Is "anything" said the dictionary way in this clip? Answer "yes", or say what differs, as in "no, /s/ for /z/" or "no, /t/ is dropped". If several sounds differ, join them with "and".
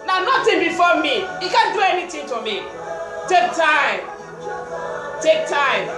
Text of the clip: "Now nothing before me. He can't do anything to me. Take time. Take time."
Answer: no, /t/ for /θ/